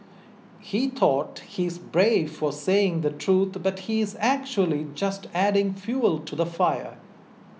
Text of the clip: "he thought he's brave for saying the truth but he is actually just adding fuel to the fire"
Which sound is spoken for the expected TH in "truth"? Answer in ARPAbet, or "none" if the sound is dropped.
T